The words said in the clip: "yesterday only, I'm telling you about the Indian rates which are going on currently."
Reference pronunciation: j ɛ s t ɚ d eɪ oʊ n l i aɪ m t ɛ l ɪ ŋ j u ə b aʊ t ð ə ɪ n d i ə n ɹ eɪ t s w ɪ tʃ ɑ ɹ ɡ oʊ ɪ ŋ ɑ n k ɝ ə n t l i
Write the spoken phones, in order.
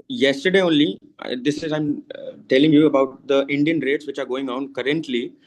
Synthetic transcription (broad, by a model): j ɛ s t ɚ d eɪ oʊ n l i aɪ m t ɛ l ɪ ŋ j u ə b aʊ t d ə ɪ n d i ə n ɹ eɪ t s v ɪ tʃ ɑ ɹ ɡ oʊ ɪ ŋ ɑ n k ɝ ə n t l i